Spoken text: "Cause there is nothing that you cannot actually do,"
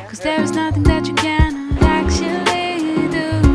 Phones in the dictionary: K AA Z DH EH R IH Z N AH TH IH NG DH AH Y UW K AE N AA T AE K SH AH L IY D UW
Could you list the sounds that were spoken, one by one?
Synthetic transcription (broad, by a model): K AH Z DH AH R IH Z N AH TH IH NG DH AH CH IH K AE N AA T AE K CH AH L IY D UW